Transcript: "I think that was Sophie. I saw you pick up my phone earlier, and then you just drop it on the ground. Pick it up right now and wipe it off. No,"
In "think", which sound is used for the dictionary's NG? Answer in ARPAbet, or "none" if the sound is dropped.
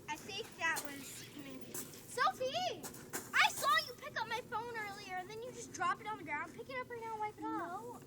none